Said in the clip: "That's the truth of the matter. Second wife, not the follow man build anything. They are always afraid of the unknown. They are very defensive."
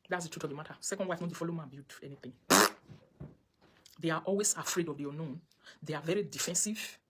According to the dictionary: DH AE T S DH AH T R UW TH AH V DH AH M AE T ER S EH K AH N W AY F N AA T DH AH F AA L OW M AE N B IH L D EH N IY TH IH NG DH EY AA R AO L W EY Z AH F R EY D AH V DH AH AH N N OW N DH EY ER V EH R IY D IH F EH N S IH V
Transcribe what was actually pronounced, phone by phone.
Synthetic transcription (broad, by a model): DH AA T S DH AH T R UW T AH V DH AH M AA T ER S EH K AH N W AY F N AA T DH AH F AA L OW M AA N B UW D EH N IY TH IH NG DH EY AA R AO L W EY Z AH F R EY D AH V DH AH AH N N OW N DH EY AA V EH R IY D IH F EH N S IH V